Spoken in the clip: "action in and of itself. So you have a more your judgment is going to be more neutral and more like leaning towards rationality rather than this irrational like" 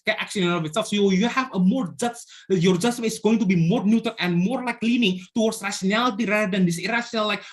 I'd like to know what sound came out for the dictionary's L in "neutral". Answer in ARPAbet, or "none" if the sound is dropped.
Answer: N